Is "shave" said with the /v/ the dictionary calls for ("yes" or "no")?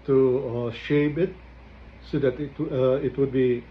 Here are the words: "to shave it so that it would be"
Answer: no